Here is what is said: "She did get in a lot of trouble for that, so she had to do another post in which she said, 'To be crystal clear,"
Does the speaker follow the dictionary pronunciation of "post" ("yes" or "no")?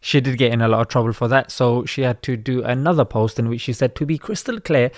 yes